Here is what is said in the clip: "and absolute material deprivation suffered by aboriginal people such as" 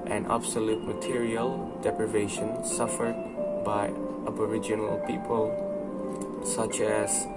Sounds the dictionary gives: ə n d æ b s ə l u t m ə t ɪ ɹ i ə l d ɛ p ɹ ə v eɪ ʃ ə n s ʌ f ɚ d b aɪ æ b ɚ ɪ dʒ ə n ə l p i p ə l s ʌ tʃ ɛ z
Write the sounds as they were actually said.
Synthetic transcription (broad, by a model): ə n æ b s ə l u t m ə t ɪ ɹ i ə l d ɛ p ɹ ə v eɪ ʃ ə n s ʌ f ɚ d b aɪ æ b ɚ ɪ dʒ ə n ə l p i p ə l s ʌ tʃ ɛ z